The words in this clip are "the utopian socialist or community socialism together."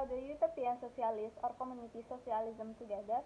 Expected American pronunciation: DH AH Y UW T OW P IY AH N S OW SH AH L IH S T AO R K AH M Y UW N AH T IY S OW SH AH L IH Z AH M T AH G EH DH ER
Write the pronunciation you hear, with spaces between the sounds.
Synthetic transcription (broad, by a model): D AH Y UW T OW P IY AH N S OW S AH L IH S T AO R K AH M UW N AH T IY S OW S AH L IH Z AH M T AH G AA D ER